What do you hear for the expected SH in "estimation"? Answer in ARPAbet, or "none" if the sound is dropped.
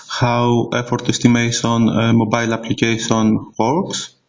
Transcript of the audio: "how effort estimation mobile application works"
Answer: S